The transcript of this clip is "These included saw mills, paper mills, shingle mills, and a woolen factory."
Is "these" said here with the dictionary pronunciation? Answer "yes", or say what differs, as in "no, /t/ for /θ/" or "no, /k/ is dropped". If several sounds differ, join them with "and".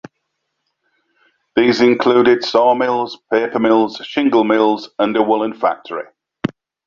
yes